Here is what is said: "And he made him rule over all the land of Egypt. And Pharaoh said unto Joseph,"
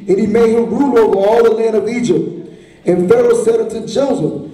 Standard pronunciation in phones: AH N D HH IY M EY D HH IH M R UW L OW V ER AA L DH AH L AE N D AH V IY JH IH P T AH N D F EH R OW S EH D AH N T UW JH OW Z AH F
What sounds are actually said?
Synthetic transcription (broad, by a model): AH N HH IY M EY D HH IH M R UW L OW V ER AA L DH AH L AE N D AH V IY JH IH P T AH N F EH R OW S EH D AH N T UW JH OW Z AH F